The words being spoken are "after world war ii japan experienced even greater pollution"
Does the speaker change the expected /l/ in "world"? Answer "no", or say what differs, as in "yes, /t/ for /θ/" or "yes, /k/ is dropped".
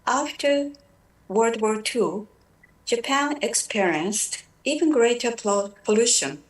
yes, /l/ is dropped